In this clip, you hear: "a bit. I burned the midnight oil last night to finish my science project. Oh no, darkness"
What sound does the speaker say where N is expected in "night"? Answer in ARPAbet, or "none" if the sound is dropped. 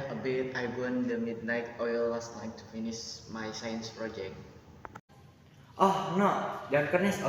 L